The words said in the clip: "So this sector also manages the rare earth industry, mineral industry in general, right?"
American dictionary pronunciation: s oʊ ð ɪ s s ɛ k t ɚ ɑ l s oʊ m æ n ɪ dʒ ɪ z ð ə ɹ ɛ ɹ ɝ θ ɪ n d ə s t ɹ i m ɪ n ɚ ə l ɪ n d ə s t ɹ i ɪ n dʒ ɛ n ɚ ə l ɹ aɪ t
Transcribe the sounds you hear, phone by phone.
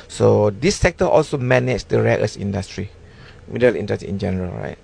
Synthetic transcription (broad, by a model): s oʊ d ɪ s s ɛ k t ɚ ɑ l s oʊ m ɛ n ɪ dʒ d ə ɹ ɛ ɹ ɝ s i n d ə s t ɹ i m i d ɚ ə l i n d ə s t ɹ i ɪ n dʒ ɛ n ɚ ə l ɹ aɪ t